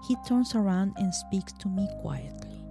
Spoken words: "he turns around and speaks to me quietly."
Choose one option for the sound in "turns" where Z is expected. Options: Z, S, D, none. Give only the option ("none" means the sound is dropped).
S